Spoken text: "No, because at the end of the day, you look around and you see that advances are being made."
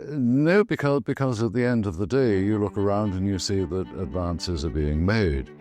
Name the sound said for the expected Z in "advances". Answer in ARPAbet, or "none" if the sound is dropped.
Z